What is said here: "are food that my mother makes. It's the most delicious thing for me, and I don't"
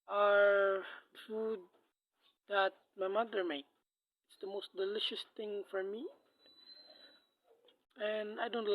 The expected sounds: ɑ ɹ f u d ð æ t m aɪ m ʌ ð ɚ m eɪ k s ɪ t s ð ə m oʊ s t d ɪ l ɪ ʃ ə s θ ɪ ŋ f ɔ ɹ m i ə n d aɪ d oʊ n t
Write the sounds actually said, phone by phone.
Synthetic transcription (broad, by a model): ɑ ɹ f u d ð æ t m aɪ m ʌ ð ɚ m eɪ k ɪ t s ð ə m oʊ s t d ɪ l ɪ ʃ ə s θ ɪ ŋ f ɔ ɹ m i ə n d aɪ d oʊ n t